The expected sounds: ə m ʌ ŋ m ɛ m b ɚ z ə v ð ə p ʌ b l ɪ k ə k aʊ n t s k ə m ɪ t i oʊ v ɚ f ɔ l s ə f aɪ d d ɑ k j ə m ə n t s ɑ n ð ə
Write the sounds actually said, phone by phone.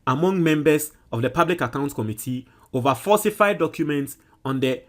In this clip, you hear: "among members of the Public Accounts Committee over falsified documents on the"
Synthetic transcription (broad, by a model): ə m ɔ ŋ m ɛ m b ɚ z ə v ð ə p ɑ b l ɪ k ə k aʊ n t k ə m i t i oʊ v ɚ f ɔ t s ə f aɪ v d ɑ k j ə m ə n t s ɑ n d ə